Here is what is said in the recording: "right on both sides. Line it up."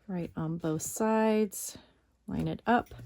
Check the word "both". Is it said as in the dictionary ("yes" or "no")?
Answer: yes